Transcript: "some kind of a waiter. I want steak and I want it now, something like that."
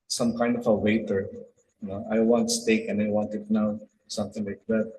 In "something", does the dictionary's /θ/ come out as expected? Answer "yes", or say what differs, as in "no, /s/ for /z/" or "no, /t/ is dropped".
no, /t/ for /θ/